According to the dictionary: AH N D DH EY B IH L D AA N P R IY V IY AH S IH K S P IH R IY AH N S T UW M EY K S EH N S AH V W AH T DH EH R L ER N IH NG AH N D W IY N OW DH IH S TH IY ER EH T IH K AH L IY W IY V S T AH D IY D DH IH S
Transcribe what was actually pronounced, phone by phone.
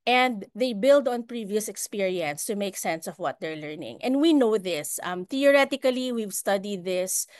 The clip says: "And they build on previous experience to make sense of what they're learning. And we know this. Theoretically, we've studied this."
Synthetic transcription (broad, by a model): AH N D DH EY B IH L D AA N P R IY V IY AH S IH K S P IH R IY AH N S T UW M EY K S EH N S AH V W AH T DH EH R L ER N IH NG AH N D W IY N OW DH IH S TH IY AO EH T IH K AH L IY W IY V S T AH D IY D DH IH S